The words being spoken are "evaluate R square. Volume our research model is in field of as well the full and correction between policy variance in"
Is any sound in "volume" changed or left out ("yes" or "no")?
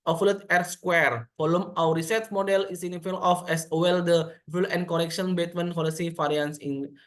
yes